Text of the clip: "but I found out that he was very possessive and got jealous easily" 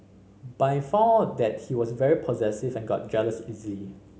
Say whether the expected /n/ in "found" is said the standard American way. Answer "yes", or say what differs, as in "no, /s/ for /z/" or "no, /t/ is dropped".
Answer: no, /n/ is dropped